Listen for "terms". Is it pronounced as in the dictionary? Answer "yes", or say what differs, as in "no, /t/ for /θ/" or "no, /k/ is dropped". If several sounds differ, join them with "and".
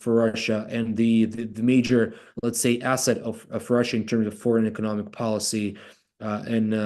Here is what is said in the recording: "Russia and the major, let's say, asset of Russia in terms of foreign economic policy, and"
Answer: yes